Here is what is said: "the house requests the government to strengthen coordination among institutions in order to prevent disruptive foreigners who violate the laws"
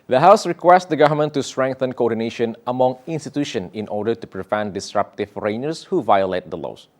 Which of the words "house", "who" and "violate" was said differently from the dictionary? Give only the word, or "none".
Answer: none